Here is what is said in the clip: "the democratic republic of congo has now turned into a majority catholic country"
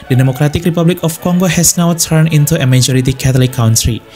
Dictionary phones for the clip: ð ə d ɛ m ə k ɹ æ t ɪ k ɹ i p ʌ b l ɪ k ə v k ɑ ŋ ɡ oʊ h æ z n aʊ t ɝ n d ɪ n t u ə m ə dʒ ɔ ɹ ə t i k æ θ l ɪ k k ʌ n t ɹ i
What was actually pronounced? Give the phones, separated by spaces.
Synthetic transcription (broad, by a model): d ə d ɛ m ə k ɹ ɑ t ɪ k ɹ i p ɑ b l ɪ k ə f k ɑ ŋ ɡ oʊ h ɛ s n aʊ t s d ɪ n t u ə m ə dʒ ɔ ɹ ə t i k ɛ t l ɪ k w n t ɹ i